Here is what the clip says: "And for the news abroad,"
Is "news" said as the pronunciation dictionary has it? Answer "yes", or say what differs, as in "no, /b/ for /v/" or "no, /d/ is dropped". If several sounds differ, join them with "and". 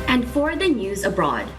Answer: yes